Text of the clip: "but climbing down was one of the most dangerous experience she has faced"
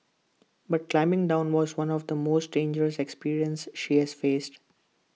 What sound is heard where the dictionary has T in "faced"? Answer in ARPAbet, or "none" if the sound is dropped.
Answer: T